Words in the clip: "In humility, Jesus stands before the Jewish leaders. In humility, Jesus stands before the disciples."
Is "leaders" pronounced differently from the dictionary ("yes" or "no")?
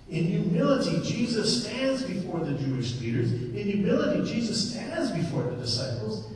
no